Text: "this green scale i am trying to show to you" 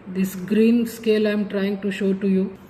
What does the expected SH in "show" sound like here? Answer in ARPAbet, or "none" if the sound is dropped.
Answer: SH